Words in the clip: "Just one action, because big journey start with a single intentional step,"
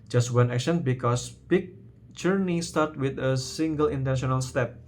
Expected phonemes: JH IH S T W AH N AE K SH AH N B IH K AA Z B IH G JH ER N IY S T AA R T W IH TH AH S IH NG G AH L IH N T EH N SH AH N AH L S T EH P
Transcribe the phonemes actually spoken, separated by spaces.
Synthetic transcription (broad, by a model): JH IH S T W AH N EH K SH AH N B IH K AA S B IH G JH ER N IY S T AA R T W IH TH AH S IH NG G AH L IH N T EH N SH AH N AH L S T EH P